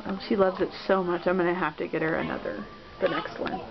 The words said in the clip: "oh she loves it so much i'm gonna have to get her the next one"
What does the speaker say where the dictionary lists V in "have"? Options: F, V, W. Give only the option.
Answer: F